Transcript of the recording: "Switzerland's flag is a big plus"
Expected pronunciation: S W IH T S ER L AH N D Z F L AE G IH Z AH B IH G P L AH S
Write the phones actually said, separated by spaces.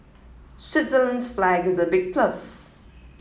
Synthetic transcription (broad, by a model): S W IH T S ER L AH N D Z F L AE G IH Z AH B IH G P L AH S